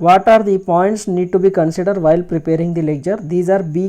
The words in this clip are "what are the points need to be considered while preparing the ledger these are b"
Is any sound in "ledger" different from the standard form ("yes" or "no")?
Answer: yes